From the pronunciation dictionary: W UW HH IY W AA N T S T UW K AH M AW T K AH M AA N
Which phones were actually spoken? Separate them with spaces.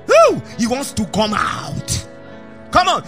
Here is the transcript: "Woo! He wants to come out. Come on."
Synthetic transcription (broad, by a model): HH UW HH IY W AA N T S T UW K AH M AW T K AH M AA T